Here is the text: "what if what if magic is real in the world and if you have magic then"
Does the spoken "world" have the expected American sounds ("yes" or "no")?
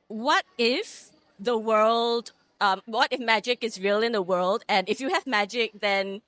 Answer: yes